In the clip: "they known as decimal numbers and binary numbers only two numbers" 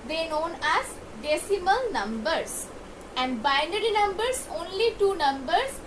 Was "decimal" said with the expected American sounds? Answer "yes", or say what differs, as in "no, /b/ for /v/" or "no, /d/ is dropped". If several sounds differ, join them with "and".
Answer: yes